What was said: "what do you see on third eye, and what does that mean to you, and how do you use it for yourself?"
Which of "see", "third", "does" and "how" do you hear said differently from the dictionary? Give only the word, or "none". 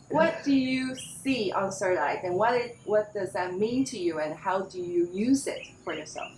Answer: third